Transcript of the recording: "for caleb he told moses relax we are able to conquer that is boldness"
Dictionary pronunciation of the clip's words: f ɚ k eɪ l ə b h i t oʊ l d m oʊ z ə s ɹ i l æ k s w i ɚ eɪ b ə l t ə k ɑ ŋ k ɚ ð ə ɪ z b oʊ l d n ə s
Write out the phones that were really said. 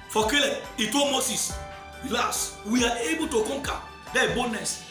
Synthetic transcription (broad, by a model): f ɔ k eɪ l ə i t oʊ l m oʊ s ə s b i l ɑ s w i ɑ eɪ b ə l t ə k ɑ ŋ k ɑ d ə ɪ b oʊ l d n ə s